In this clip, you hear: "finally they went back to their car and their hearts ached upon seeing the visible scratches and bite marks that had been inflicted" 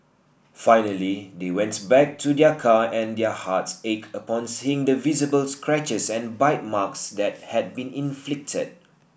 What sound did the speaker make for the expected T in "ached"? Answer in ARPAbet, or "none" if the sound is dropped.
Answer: none